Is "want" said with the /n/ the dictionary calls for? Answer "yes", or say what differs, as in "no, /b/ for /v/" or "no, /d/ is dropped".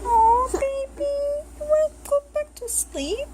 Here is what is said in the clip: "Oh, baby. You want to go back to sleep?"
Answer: no, /n/ is dropped